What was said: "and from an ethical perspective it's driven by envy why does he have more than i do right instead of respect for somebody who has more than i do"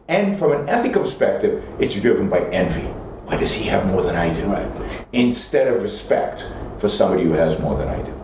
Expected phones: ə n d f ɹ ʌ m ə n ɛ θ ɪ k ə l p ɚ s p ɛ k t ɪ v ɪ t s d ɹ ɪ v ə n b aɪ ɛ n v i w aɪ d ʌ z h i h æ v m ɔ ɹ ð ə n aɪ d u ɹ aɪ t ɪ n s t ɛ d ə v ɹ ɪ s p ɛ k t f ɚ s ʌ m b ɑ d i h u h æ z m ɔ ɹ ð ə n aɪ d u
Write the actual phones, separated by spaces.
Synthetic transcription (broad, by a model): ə n f ɹ ʌ m ə n ɛ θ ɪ k p ɚ s p ɛ k t ɪ v ɪ t s d ɹ ɪ v ə n b aɪ ɛ n v i w aɪ d ʌ z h i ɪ v m ɔ ɹ ð ə n aɪ d u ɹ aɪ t ɪ n s t ɛ d ə v ɹ ɪ s p ɛ k t f ɚ s ʌ m b ɑ d i h u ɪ z m ɔ ɹ ð ə n aɪ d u